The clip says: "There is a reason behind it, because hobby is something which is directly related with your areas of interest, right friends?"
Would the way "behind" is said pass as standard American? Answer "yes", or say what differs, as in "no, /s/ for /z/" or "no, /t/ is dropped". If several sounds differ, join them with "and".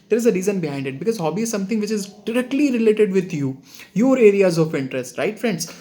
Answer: yes